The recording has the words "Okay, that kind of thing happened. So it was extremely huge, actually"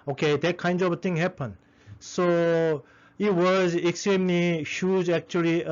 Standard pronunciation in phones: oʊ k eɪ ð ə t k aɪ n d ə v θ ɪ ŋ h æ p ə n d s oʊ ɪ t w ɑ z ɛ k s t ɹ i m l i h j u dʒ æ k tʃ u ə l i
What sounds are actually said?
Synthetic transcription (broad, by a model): oʊ k eɪ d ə t k aɪ n d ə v t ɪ ŋ h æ p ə n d s oʊ ɪ t w ɑ z ɛ k s t ɹ i m l i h j u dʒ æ k tʃ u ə l i